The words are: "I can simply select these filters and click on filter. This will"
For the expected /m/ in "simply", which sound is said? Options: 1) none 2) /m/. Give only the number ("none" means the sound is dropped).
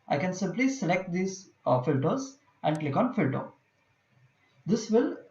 2